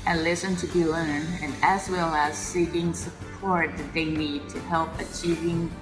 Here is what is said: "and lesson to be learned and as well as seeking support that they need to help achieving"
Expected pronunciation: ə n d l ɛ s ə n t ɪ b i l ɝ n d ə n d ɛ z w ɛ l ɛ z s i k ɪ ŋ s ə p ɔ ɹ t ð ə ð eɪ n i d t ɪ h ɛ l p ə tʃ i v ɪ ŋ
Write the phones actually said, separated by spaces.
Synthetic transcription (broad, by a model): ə n l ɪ s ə n t ɪ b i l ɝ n ə n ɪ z w ɛ l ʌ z s i k ɪ ŋ s ə p ɔ ɹ t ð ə ð eɪ n i d t ɪ h ɛ l p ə tʃ i v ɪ ŋ